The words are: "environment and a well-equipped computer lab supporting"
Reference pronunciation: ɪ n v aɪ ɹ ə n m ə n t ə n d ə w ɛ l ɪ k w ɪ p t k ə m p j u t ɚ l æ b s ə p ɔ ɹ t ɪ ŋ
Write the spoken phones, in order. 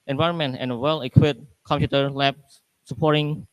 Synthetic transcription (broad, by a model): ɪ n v aɪ ɹ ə n m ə n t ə n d ə w ɛ l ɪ k w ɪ t k ə m p j u t ɚ l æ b s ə p ɔ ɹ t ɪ ŋ